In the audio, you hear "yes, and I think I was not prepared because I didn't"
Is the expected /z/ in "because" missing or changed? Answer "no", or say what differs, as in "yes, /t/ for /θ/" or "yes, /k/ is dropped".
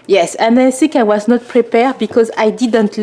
no